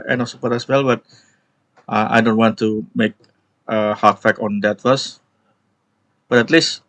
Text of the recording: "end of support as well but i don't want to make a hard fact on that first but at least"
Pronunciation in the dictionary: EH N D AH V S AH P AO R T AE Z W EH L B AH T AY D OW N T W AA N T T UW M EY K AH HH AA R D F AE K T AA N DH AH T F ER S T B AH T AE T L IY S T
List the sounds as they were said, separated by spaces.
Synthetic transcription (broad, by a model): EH N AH F S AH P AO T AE S W EH L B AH T AY D OW N T W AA N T T UW M EY K AH HH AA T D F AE K AA N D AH T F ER S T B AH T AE T L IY S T